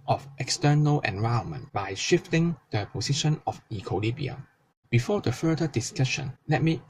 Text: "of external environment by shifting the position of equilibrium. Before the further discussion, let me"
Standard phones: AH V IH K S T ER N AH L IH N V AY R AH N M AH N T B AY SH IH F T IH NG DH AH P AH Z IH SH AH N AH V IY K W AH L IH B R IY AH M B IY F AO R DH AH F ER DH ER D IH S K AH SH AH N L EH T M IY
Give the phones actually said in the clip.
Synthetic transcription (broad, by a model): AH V IH K S T ER N AH L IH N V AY AH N M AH N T B AY SH IH F T IH NG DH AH P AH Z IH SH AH N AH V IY K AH L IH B IY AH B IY F AO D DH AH F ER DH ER D IH S K AH SH AH N L EH T M IY